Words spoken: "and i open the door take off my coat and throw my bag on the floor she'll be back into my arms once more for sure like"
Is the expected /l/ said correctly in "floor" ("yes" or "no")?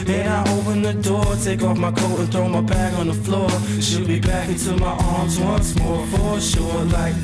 yes